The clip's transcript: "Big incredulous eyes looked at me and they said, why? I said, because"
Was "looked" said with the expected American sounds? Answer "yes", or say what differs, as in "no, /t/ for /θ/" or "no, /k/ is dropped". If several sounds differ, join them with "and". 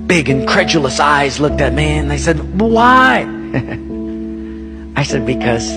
yes